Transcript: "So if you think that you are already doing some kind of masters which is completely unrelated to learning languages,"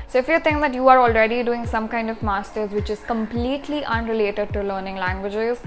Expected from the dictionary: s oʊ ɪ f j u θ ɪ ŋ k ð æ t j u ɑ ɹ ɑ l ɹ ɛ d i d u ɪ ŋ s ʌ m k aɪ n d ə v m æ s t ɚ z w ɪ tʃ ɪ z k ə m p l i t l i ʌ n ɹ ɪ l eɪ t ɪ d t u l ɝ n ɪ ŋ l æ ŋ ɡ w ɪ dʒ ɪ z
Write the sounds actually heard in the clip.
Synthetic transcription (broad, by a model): s oʊ ɪ f j u t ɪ ŋ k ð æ t j u ɑ ɹ ɑ l ɹ ɛ d i d u ɪ ŋ s ʌ m k aɪ n d ə v m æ s t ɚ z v ɪ tʃ ɪ z k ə m p l i t l i ʌ n ɹ ɪ l eɪ t ɪ d t u l ɝ n ɪ ŋ l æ ŋ ɡ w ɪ dʒ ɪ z